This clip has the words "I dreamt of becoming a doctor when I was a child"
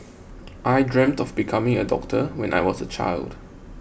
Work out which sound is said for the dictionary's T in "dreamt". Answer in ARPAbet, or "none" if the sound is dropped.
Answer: T